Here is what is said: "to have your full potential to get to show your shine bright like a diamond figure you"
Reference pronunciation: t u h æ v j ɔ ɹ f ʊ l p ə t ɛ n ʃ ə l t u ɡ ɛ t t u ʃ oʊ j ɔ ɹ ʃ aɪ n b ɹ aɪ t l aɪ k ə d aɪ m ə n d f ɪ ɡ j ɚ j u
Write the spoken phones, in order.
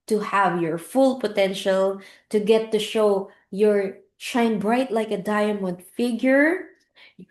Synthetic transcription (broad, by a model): t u h æ v j ɔ ɹ f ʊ l p ə t ɛ n ʃ ə l t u ɡ ɛ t t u ʃ oʊ j ɔ ɹ ʃ aɪ n b ɹ aɪ t l aɪ k ə d aɪ m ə n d f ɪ ɡ j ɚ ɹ